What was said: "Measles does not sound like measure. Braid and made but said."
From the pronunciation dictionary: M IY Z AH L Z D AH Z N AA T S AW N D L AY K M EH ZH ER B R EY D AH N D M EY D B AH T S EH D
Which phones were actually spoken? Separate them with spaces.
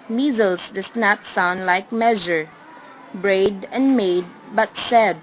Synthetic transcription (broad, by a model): M IY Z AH L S D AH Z N AA T S AW N D L AY K M EH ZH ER B R EY D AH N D M EY D B AH T S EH D